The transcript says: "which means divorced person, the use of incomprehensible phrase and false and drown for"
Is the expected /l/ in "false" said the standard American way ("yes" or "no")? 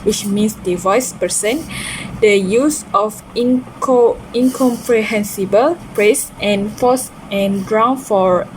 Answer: no